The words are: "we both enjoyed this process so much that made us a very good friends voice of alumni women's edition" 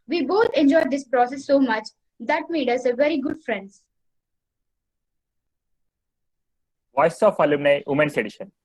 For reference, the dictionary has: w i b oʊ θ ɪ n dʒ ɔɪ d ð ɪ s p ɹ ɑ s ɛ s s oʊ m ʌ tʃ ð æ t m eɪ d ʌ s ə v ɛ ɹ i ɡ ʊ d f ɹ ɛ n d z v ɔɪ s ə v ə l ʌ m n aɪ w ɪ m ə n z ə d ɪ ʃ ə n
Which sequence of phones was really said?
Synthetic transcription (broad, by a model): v i b oʊ t ɪ n dʒ ɔɪ d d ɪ s p ɹ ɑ s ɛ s s oʊ m ʌ tʃ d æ t m eɪ d ʌ s ə v ɛ ɹ i ɡ ʊ d f ɹ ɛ n d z v ɔɪ s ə f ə l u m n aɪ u m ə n s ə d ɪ ʃ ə n